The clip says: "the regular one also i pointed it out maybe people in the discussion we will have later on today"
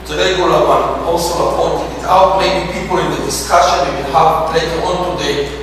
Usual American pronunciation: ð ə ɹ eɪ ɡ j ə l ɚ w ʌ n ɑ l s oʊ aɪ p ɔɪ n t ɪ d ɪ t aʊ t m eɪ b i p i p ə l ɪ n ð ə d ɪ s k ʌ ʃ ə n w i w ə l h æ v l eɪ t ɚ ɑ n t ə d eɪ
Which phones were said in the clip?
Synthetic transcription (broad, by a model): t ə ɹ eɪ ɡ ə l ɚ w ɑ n ɑ l s oʊ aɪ p ɔɪ n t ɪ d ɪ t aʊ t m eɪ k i p i p ə l ɪ n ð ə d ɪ s k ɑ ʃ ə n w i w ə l h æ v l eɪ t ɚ ɑ n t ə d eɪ